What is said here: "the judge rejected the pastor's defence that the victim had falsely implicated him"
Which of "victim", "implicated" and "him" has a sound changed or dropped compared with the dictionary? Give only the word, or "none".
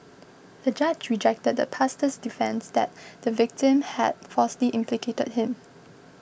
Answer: none